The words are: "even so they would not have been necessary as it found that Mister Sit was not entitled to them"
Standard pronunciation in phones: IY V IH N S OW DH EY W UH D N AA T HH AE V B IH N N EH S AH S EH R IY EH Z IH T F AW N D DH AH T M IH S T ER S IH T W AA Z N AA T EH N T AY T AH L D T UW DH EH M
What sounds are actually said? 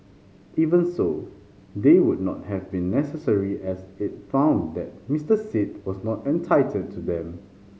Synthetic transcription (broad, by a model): IY V IH N S OW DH EY W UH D N AA T HH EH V B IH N N EH S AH S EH R IY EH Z IH T F AW N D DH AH T M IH S T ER S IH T W AA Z N AA T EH N T AY T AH D T UW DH EH M